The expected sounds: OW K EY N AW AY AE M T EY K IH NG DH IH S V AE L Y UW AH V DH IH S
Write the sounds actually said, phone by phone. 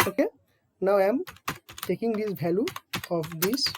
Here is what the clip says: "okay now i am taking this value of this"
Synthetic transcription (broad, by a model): OW K EY N AW AY M T EY K IH NG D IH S B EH L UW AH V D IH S